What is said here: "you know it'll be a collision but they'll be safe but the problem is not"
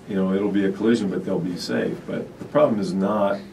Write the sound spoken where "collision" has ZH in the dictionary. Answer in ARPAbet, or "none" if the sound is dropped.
ZH